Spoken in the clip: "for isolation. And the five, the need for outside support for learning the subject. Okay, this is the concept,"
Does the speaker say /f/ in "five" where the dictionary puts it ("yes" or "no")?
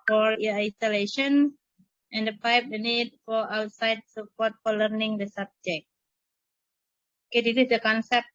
no